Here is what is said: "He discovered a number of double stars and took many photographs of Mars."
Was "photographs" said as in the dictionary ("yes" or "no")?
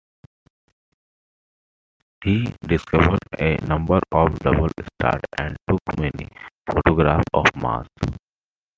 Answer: no